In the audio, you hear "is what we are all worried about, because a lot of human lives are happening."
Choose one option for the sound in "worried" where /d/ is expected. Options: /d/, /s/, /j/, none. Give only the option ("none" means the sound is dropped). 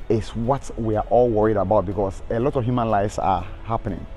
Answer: /d/